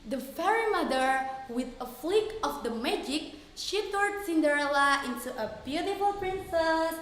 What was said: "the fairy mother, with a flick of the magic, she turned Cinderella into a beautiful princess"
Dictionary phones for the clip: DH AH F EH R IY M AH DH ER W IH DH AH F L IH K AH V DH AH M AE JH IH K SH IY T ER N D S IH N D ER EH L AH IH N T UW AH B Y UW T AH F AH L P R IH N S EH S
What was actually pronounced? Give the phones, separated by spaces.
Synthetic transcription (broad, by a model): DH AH F EH R IY M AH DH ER W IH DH AH F L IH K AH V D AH M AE JH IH K SH IY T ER D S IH N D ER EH L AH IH N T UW AH B Y UW T AH F AH L P R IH N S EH S